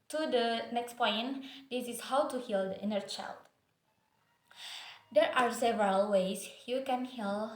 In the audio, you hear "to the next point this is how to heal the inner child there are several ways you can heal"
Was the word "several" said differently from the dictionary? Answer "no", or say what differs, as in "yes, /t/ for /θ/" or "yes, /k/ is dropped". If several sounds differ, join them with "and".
no